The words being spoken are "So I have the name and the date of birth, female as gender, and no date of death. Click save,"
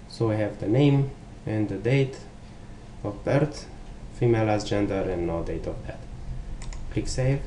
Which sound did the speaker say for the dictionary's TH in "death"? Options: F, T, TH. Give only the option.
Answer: T